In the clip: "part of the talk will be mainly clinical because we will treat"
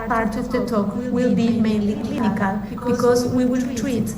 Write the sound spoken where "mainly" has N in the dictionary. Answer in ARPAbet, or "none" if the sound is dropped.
N